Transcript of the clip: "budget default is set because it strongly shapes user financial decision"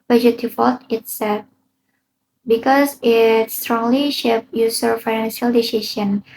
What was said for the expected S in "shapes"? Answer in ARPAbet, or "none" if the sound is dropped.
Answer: none